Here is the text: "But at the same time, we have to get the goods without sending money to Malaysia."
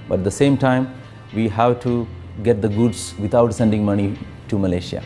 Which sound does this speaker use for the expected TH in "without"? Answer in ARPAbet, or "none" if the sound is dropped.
T